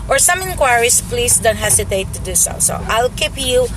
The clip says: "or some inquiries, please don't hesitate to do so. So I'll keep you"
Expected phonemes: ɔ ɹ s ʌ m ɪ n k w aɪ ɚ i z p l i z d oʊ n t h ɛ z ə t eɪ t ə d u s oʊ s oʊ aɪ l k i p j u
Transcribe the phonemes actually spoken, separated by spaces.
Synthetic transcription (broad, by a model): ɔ ɹ s ʌ m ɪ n k w aɪ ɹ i s p l i s d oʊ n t h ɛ s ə t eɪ t ə d u s oʊ s oʊ aɪ l k i p j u